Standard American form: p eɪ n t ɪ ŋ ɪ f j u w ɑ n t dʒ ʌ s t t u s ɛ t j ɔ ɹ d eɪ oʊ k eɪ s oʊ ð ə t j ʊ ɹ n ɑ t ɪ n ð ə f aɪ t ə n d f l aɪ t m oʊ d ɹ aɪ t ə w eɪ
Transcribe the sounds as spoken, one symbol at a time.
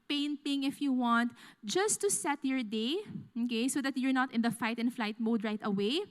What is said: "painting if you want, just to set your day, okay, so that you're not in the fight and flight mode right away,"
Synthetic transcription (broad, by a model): p eɪ n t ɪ ŋ ɪ f j u w ɑ n t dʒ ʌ s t t u s ɛ t j ɔ ɹ d eɪ oʊ k eɪ s oʊ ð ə t j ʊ ɹ n ɑ t ɪ n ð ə f aɪ t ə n f l aɪ t m oʊ d ɹ aɪ t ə w eɪ